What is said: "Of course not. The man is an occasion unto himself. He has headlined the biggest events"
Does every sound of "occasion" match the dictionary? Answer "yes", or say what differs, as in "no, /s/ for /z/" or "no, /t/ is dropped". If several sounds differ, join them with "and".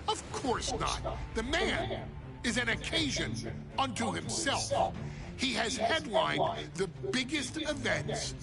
yes